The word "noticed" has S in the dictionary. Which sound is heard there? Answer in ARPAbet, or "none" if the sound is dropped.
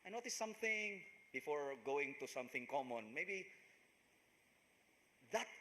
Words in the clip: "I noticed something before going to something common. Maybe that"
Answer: none